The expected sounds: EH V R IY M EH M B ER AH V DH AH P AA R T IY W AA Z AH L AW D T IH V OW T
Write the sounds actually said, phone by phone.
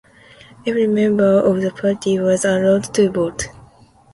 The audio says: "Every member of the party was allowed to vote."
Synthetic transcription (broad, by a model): EH V R IY M EH M B ER AH V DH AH P AA R T IY W AA Z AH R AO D T IH B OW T